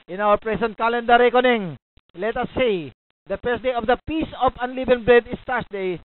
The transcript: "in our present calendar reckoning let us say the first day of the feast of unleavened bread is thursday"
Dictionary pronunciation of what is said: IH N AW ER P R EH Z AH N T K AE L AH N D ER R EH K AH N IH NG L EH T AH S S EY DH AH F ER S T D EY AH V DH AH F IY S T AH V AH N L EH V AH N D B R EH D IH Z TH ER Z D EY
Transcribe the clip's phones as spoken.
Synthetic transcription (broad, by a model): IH N AW ER P R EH S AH N T K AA L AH N D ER R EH K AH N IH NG L EH T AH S S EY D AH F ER S D EY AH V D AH P IY S AH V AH N L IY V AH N B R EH D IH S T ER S D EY